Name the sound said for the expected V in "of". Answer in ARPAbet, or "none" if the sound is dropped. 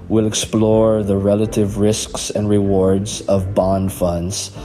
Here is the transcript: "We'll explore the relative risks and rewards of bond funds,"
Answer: V